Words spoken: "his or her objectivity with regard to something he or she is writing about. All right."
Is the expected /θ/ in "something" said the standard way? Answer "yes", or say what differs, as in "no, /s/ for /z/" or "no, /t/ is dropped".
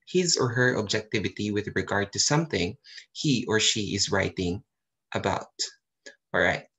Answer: yes